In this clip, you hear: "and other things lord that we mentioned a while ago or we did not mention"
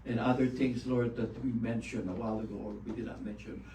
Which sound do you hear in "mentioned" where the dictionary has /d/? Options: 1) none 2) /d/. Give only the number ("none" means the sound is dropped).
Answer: 1